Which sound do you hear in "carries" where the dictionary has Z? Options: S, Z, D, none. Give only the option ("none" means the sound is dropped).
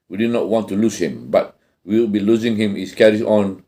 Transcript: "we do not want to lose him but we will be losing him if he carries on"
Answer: none